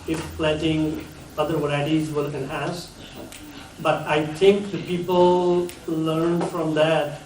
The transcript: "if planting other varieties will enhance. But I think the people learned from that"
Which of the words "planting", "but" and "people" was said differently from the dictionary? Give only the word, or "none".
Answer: planting